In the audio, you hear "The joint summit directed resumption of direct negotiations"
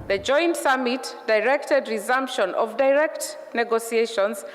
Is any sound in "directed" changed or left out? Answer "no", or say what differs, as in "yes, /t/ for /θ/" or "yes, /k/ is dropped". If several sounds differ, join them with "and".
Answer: no